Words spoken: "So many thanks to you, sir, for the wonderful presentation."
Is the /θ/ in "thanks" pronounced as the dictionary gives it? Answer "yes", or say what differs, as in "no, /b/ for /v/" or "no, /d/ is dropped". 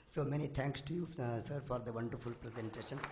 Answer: no, /t/ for /θ/